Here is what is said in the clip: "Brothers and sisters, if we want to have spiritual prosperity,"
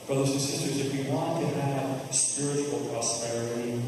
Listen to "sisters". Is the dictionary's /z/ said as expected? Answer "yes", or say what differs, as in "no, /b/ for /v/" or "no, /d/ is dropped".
yes